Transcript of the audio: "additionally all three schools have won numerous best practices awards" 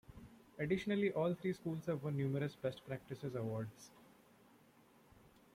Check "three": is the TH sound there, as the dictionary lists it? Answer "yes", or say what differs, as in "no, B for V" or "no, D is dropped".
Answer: no, T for TH